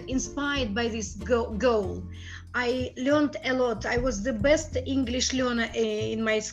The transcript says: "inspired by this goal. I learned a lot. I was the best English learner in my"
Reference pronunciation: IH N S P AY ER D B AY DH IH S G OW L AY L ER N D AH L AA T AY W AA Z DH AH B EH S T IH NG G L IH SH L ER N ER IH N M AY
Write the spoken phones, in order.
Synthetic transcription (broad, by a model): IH N S P AY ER D B AY DH IH S G OW L AY L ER N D AH L AA T AY W AA Z DH AH B EH S T IH NG G L IH SH L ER N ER IH N M AY